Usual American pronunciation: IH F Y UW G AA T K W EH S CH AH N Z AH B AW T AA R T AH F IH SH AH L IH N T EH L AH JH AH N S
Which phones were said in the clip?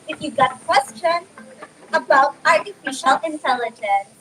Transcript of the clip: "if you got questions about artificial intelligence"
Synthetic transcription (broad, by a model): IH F Y UW G AA T K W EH S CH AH N AH B AW T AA R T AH F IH SH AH L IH N T EH L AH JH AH N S